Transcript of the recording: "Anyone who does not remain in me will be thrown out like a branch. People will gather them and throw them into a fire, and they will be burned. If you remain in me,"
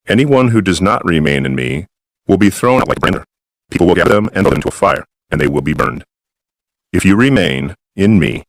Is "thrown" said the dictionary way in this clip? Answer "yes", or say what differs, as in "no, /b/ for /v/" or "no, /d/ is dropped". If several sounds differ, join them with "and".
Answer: yes